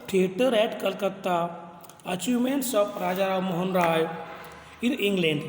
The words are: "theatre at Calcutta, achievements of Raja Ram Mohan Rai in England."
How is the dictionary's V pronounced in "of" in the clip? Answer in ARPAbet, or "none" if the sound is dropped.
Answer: P